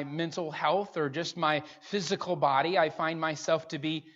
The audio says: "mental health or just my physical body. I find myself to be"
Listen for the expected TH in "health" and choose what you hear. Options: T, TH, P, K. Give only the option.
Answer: TH